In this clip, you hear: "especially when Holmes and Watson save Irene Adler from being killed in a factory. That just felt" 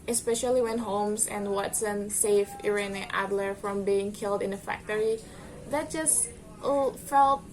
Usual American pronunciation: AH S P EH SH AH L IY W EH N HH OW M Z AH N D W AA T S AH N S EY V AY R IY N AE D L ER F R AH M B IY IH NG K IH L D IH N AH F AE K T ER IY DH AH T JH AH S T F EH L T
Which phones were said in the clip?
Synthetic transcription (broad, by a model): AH S P EH SH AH L IY W EH N HH OW M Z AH N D W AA T S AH N S EY F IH R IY N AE D L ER F R AH M B IY IH NG K IH L D IH N AH F AE K T ER IY DH AH T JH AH S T F EH L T